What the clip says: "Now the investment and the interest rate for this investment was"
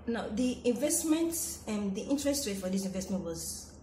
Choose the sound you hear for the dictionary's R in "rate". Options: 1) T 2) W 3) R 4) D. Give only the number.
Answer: 2